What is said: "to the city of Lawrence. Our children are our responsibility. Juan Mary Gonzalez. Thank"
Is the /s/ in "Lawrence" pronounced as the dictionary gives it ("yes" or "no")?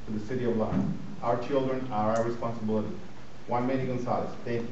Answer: no